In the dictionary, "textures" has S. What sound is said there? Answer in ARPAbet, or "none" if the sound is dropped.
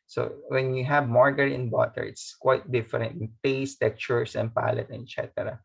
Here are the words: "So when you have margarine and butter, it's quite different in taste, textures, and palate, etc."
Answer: none